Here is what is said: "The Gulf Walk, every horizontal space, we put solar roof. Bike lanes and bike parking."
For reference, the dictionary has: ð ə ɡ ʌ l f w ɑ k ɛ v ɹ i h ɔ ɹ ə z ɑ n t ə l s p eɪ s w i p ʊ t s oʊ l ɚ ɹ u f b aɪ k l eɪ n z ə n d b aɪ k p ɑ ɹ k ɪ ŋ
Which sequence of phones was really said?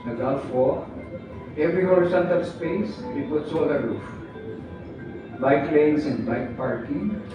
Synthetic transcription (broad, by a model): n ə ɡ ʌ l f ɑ ɛ v ɹ i h ɔ ɹ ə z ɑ n t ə l s p eɪ s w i p ʊ t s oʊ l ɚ ɹ u f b aɪ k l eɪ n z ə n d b aɪ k p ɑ ɹ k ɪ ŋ